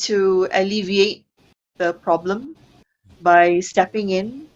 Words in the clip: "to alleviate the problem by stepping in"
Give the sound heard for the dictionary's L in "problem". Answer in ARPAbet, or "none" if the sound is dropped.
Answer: L